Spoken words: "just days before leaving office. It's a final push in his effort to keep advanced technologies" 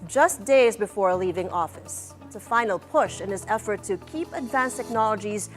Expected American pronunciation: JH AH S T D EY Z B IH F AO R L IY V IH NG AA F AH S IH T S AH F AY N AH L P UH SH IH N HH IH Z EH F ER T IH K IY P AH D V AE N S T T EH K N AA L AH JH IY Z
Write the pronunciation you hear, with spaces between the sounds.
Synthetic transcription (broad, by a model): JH AH S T D EY Z B IH F AO R L IY V IH NG AA F AH S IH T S AH F AY N L P UH SH IH N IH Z EH F ER T IH K IY P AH D V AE N S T T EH K N AA L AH JH IY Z